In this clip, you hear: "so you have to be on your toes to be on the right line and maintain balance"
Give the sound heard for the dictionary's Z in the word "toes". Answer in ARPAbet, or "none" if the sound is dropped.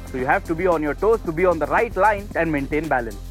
S